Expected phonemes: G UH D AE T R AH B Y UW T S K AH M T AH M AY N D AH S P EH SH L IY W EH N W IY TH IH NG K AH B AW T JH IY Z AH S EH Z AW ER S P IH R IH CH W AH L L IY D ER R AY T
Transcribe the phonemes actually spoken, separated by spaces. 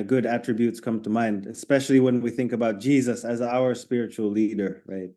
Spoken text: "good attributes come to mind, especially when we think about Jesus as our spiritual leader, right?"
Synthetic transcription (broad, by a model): G UH D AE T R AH B Y UW T S K AH M T AH M AY N D AH S P EH SH L IY W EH N W IY TH IH NG K AH B AW T JH IY Z AH S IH Z AW ER S P IH R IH CH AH L L IY D ER R AY T